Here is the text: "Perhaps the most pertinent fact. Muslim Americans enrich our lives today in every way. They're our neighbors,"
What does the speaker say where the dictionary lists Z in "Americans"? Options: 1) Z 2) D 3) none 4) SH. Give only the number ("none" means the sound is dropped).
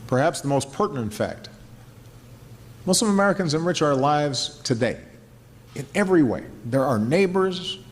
1